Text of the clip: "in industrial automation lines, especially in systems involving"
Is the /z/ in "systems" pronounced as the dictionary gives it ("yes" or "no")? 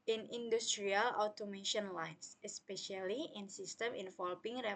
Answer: no